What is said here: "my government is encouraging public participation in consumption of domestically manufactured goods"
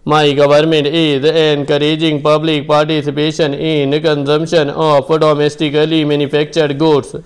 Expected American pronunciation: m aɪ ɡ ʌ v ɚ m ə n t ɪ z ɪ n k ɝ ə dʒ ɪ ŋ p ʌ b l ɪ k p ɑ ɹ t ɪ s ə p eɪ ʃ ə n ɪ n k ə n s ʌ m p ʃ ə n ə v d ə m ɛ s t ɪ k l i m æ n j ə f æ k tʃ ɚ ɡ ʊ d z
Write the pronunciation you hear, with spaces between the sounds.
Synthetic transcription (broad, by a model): m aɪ ɡ ʌ v ɚ m ə n t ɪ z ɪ n k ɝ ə dʒ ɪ ŋ p ʌ b l ɪ k p ɑ ɹ t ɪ s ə p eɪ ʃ ə n ɪ n k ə n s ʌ m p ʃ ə n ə p d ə m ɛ s t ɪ k l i m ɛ n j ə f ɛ k tʃ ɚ ɡ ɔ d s